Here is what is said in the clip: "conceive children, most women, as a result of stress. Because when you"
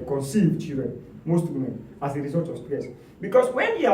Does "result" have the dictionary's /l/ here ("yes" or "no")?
no